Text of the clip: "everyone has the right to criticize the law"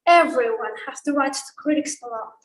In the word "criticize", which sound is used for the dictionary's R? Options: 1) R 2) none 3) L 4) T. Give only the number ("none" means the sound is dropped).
3